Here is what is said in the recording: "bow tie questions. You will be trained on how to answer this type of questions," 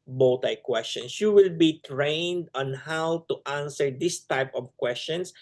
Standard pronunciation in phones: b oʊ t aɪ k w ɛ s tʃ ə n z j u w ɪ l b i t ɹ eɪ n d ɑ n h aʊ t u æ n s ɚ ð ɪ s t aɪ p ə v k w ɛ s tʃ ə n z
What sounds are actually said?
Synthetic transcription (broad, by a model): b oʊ t aɪ k w ɛ s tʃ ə n s j u w ɪ l b i t ɹ eɪ n d ɑ n h aʊ t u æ n s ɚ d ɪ s t aɪ p ə v k w ɛ s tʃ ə n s